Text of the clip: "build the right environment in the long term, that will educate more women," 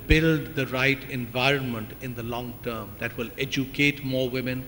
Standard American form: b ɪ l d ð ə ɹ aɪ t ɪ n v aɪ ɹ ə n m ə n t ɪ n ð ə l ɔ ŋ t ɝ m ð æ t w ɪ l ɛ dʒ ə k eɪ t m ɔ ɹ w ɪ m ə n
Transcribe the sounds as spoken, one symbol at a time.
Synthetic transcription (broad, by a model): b ɪ l d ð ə ɹ aɪ t ɪ n v aɪ ɹ ə n m ə n t ɪ n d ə l ɔ ŋ t ɝ m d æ t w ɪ l ɛ dʒ ə k eɪ t m ɔ ɹ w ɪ m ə n